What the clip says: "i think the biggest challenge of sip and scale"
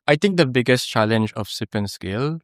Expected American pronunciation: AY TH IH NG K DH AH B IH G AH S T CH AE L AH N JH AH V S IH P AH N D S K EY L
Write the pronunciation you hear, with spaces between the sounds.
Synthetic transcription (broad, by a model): AY T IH NG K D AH B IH G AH S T CH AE L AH N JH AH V S IH P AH N S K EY L